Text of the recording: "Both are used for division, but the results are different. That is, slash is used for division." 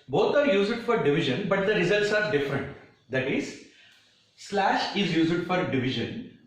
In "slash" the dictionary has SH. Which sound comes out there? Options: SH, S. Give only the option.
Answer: SH